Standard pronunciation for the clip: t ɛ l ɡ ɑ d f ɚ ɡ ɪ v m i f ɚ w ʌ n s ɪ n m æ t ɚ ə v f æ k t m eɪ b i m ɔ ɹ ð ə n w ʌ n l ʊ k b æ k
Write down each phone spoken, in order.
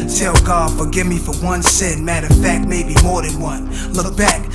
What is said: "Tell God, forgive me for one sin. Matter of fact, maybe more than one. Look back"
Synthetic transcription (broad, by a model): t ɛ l ɡ ɑ d f ɚ ɡ ɪ v m i f ɚ w ʌ n s ɪ n m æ t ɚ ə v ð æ t m eɪ b i m ɔ ɹ ð ə n w ʌ n l ʊ k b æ k